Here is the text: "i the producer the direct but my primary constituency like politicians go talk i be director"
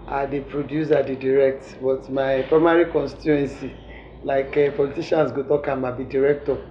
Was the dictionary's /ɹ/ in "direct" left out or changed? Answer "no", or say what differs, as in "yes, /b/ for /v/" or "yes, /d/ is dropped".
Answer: no